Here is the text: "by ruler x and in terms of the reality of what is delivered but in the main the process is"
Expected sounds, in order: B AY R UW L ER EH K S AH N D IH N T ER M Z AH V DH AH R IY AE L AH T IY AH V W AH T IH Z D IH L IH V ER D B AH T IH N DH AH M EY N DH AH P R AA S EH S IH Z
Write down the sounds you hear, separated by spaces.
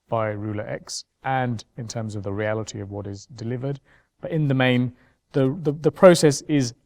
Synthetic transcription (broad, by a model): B AY R UW L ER EH K S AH N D IH N T ER M Z AH V DH AH R IY AE L AH T IY AH V W AH T IH Z D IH L IH V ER D B AH T IH N DH AH M EY N DH AH P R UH S EH S IH Z